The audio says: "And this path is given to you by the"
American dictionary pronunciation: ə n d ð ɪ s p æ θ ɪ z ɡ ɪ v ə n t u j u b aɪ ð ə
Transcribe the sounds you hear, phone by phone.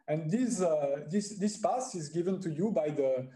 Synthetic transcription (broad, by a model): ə n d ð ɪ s p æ s ɪ z ɡ ɪ v ə n t u j u b aɪ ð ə